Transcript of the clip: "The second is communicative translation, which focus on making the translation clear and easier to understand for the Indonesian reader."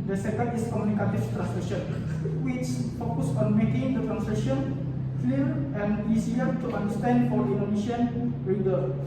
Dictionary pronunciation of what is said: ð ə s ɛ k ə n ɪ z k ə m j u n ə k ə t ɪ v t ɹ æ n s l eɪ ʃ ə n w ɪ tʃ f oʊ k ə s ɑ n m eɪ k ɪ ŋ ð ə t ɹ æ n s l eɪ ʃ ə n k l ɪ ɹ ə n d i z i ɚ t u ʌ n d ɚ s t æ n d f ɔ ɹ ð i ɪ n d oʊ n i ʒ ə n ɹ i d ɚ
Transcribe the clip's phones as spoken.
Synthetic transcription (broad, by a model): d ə s ɛ k ə n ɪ s k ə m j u n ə k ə t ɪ f t ɹ æ n s l eɪ ʃ ə n w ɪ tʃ f oʊ k ə s ɑ n m eɪ k ɪ ŋ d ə t ɹ æ n s l eɪ ʃ ə n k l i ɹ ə n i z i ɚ t u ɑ n d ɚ s t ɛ n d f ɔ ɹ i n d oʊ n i ʃ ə n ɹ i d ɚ